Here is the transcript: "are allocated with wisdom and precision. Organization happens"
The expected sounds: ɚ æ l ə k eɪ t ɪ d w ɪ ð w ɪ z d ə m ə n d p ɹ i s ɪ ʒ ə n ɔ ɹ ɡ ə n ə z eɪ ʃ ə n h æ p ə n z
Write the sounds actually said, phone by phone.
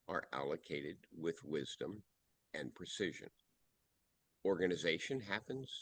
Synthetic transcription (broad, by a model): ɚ æ l ə k eɪ t ɪ d w ɪ ð w ɪ z d ə m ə n p ɹ i s ɪ ʒ ə n ɔ ɹ ɡ ə n ə z eɪ ʃ ə n h æ p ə n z